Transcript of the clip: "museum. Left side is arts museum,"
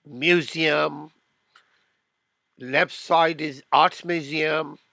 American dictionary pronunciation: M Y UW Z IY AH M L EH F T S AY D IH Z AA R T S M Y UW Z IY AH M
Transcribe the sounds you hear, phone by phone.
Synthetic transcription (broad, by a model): M Y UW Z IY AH M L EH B S AY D IH Z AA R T M Y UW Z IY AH M